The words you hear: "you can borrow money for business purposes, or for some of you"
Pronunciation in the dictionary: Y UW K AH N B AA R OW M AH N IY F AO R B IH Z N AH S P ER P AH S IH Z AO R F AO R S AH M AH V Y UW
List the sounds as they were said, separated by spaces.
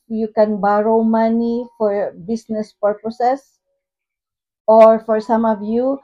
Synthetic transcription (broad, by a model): Y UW K AH N B AA R OW M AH N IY F AO R B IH S N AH S P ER P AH S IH S AO R F AO R S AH M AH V Y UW